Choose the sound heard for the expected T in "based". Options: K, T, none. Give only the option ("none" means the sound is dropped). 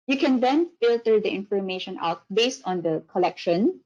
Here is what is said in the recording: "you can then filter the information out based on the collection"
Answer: T